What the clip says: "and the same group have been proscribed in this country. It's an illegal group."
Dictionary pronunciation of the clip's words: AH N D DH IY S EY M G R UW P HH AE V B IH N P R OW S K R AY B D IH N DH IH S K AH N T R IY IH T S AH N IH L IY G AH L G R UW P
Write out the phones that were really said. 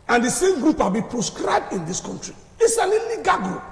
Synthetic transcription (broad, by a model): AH N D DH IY S EY M G R UW P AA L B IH P R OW S K R AY B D IH N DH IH S K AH N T R IY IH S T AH L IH L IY G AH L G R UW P